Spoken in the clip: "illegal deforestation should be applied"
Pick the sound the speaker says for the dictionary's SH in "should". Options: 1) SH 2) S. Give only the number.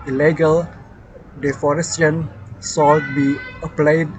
2